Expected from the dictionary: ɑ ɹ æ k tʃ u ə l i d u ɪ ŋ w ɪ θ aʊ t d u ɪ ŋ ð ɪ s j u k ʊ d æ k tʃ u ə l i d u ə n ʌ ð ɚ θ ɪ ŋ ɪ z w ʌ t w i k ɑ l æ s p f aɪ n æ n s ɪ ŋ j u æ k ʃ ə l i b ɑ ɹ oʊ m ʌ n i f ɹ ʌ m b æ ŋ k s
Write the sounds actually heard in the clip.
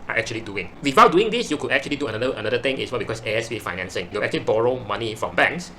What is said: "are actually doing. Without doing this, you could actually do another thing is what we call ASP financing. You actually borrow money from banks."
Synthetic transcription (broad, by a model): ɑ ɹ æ k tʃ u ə l i d u ɪ ŋ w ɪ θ aʊ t d u ɪ ŋ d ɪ s j u k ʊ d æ k tʃ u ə l i d u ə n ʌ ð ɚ t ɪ ŋ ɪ s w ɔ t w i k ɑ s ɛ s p f aɪ n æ n s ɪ ŋ j u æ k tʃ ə l i b ɑ ɹ oʊ m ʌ n i f ɹ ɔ m b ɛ ŋ k s